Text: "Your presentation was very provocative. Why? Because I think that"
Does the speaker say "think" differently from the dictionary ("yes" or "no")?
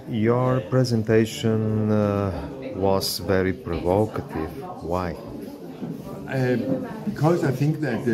no